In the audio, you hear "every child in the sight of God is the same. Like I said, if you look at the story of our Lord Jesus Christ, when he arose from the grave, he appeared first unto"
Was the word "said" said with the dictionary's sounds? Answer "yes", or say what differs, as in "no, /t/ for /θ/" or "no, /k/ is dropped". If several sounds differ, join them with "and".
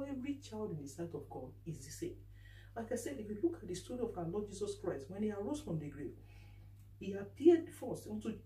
no, /d/ is dropped